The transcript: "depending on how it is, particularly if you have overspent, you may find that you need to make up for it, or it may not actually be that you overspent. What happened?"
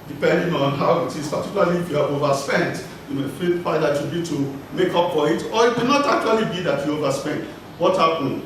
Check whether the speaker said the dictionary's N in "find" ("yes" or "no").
no